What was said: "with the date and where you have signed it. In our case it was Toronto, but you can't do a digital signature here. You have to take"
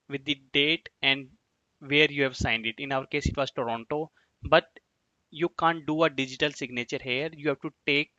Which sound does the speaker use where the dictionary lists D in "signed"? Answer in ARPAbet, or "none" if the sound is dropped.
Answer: D